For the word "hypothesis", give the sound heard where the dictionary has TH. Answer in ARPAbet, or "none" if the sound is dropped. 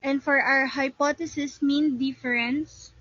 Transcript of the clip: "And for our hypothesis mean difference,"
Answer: T